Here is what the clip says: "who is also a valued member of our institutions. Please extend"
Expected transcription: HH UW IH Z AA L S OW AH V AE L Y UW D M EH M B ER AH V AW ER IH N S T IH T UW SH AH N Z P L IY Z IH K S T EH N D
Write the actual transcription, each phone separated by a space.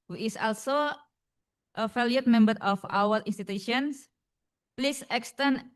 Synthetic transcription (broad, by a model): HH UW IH S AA L S OW AH F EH L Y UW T M EH M B ER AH F AW ER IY N S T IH T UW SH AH N S P L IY S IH K S T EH N